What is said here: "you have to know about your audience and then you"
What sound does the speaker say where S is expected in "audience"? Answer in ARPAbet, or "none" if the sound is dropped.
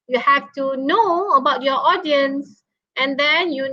S